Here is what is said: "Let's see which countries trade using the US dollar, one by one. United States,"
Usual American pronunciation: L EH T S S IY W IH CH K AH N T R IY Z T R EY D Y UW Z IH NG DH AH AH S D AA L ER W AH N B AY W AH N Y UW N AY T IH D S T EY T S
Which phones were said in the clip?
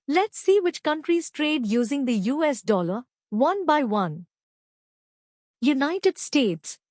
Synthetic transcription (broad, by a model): L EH T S S IY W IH CH K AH N T R IY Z T R EY D Y UW Z IH NG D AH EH S D AA L ER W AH N B AY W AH N Y UW N AY T IH D S T EY T S